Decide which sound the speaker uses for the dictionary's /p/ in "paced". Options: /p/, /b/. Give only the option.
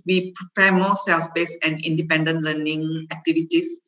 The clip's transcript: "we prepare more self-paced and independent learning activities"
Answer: /b/